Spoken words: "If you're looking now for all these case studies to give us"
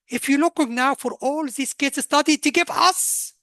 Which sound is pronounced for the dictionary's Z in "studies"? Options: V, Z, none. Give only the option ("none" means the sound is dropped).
none